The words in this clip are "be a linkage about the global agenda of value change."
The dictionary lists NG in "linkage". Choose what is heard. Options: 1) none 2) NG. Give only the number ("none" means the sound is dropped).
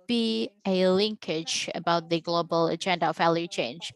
2